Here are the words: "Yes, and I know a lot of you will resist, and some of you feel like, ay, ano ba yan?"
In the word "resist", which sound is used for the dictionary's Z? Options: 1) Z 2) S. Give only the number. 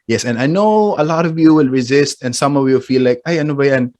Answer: 1